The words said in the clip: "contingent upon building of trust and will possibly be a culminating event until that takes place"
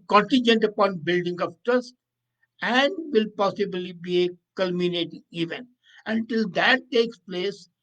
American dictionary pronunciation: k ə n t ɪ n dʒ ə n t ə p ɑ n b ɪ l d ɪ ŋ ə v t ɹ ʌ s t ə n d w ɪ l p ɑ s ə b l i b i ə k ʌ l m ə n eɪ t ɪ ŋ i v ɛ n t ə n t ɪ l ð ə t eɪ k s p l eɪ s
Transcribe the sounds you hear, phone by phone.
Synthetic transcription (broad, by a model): k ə n t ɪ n dʒ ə n t ə p ɑ n b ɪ l d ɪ ŋ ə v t ʌ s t ə n d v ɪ l p ɑ s ə b l i b i ə k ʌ l m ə n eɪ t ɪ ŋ i v ɛ n t ə n t ɪ l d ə t eɪ k s p l eɪ s